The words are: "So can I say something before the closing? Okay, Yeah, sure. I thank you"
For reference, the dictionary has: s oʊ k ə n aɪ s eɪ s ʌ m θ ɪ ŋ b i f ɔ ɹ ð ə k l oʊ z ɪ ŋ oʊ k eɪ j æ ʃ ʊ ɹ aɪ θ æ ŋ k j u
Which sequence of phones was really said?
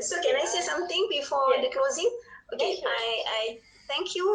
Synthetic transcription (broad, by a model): s oʊ k ə n aɪ s eɪ s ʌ m t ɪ ŋ b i f ɔ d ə k l oʊ z ɪ ŋ oʊ k eɪ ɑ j aɪ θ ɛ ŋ k j u